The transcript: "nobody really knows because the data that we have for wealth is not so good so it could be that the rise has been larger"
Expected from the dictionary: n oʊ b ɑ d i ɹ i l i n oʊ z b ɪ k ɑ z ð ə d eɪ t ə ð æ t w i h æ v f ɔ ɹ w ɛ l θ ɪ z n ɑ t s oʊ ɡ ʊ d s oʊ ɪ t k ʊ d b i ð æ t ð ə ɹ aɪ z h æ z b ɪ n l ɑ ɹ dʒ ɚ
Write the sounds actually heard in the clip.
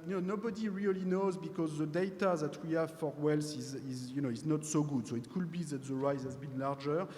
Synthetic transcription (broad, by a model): n oʊ b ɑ d i ɹ i l i n oʊ z b ɪ k ɑ z ð ə d eɪ t ə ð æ t w i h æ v f ɔ ɹ w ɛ l s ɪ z n ɑ t s oʊ ɡ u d s oʊ ɪ t k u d b i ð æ t ð ə ɹ aɪ z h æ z b ɪ n l ɑ ɹ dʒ ɚ